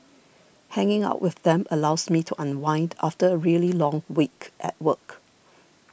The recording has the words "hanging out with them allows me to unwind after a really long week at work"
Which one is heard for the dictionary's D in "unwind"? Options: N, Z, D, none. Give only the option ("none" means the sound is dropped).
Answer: D